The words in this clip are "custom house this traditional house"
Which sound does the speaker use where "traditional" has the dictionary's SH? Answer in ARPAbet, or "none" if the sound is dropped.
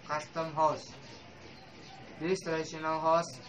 none